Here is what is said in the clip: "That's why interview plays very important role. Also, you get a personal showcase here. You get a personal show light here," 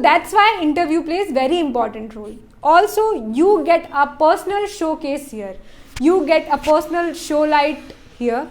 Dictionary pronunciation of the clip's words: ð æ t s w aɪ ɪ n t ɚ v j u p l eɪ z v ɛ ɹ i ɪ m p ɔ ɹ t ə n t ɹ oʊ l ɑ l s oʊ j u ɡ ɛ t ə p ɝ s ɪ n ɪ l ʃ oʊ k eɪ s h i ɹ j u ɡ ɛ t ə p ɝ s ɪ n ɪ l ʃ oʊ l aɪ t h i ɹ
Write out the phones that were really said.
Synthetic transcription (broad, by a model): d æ t s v aɪ ɪ n t ɚ v j u p l eɪ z v ɛ ɹ i ɪ m p ɔ ɹ t ə n t ɹ oʊ l ɑ l s oʊ j u ɡ ɛ t ə p ɝ s ɪ n ɪ l ʃ oʊ k eɪ s h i ɹ j u ɡ ɛ t ə p ɝ s ɪ n ɪ l ʃ oʊ l aɪ t h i ɹ